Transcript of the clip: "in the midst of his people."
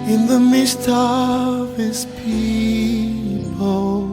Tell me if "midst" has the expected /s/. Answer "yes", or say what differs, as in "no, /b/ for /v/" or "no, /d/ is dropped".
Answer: yes